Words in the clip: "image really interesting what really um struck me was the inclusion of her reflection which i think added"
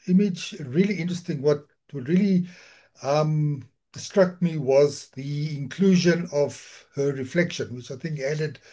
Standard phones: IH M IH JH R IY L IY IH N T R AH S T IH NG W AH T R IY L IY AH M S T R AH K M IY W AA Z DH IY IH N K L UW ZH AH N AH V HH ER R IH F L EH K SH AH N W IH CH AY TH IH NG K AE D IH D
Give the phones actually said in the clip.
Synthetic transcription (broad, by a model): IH M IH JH R IY L IY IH N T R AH S T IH NG W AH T R IY L IY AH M S T R AH K M IY W AA Z DH IY IH N K L UW ZH AH N AH V HH ER R IH F L EH K SH AH N W IH CH AY TH IH NG K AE D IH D